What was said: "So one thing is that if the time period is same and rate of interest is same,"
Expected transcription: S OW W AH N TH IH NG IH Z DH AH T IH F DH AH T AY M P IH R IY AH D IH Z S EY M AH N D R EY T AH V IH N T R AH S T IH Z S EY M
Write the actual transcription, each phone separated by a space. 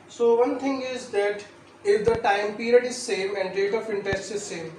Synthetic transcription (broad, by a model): S OW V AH N T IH NG IH Z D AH T IH F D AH T AY M P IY R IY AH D IH Z S EY M AH N D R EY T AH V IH N T AH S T IH Z S EY M